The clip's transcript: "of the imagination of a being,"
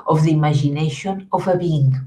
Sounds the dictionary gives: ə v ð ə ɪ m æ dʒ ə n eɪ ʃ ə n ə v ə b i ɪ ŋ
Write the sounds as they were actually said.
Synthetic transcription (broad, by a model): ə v ð ə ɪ m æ ʒ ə n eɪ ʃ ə n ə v ə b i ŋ